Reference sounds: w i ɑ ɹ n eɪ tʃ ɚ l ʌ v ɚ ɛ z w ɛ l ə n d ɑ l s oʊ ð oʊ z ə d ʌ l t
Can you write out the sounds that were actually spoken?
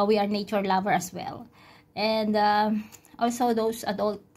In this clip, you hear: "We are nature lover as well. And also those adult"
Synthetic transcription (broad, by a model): w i ɑ ɹ n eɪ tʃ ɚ l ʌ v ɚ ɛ s w ɛ l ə n d ɑ l s oʊ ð oʊ s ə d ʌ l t